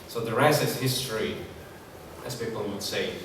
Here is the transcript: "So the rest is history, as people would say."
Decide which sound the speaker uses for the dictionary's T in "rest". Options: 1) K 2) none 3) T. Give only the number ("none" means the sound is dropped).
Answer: 2